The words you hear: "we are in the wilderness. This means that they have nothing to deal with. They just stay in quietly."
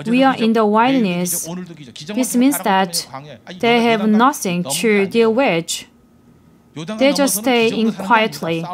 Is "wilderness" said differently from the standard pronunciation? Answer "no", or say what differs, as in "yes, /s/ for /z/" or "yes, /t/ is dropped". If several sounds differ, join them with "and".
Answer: yes, /l/ is dropped